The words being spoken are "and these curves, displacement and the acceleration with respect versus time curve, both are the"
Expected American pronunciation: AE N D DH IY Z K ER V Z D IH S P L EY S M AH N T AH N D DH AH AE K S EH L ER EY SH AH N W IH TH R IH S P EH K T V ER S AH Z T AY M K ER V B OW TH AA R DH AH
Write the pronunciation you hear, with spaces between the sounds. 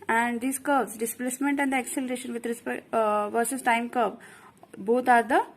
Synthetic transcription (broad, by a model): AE N D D IY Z K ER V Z D IH S P L EY S M AH N T AH N D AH K S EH L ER EY SH AH N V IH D R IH S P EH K V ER S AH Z T AY M K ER B B OW T AA R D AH